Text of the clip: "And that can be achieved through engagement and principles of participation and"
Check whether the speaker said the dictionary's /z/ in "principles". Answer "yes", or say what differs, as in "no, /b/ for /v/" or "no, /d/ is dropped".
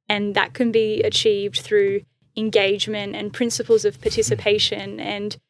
yes